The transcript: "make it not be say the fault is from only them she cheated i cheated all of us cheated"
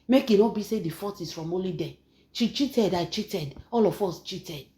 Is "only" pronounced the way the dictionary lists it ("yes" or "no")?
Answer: no